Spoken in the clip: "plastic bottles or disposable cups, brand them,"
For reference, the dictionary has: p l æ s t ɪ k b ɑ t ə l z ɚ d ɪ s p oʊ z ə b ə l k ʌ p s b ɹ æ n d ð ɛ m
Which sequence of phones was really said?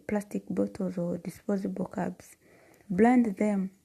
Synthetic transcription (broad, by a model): p l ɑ s t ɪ k b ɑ t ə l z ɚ d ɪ s p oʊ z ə b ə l k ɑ b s b l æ n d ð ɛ m